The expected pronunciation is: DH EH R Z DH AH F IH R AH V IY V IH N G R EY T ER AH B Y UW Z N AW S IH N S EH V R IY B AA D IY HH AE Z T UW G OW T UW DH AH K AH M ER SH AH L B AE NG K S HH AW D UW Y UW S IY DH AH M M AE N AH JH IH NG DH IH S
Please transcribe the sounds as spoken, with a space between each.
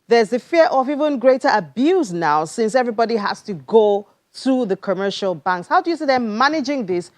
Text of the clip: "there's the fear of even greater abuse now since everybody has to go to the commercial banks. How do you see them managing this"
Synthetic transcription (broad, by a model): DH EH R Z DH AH F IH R AH V IY V IH N G R EY T ER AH B Y UW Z N AW S IH N S EH V R IY B AA D IY HH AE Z T UW G OW T UW DH AH K AH M ER SH AH L B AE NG K S HH AW D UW Y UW S IY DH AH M M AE N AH JH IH NG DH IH S